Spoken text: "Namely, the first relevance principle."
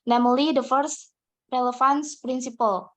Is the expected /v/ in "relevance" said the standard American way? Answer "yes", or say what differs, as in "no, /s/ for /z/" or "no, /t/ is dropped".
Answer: no, /f/ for /v/